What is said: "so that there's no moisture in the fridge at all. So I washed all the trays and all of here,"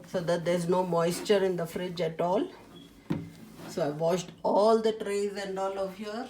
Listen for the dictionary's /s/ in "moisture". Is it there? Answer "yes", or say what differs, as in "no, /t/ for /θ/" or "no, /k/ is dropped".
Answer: yes